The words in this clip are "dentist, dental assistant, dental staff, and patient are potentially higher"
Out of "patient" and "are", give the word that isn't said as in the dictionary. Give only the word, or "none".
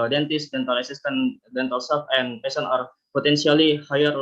patient